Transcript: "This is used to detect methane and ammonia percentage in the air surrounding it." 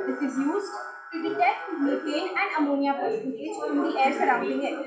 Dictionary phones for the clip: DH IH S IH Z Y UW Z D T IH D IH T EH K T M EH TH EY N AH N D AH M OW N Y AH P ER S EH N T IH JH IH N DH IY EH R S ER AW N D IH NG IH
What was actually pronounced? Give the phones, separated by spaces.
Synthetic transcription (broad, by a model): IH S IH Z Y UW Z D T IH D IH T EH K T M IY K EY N AH N D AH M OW N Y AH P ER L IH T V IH CH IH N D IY EH R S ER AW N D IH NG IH